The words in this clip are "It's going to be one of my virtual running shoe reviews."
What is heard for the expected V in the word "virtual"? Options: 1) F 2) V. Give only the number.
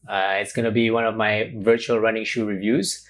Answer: 2